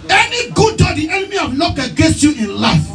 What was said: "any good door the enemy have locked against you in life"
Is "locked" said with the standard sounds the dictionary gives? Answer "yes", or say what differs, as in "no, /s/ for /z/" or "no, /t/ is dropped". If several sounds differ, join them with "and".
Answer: no, /t/ is dropped